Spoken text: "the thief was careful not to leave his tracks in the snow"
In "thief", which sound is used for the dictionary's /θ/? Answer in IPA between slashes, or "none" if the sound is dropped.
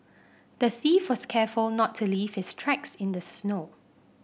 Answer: /θ/